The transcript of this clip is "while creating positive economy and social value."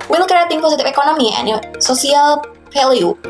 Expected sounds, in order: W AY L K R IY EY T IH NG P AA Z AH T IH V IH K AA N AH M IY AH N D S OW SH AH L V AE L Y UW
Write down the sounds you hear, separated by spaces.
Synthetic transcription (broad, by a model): W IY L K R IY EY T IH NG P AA S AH T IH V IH K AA N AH M IY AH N S OW S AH L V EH L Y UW